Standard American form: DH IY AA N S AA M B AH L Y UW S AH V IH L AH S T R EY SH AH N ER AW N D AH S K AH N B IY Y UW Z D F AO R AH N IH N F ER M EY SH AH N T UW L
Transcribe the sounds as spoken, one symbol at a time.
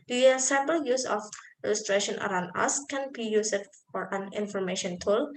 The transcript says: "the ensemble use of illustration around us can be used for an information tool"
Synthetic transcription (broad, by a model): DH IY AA S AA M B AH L Y UW S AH F IH L AH S T R EY SH AH N ER AW N D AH S K AH N B IY Y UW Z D F AO R AH N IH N F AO M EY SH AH N T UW L